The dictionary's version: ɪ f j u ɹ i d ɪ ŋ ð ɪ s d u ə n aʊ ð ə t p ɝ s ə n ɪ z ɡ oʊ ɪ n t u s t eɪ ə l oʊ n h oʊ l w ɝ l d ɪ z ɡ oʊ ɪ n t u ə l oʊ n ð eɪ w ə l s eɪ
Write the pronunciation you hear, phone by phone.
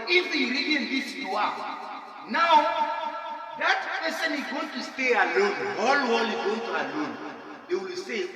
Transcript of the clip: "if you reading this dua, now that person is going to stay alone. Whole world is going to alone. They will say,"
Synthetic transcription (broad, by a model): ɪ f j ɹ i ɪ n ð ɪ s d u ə n aʊ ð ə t p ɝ s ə n ɪ z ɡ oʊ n t u s t eɪ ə l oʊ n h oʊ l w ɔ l ɪ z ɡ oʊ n t u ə l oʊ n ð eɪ w ə l s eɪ